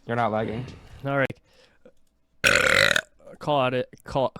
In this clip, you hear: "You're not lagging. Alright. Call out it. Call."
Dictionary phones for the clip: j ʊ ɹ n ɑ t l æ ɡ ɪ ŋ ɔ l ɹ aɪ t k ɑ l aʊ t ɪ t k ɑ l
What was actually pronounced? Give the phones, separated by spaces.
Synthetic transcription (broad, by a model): j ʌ ɹ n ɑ t l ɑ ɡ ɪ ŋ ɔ ɹ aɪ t k ɑ l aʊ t ɪ t k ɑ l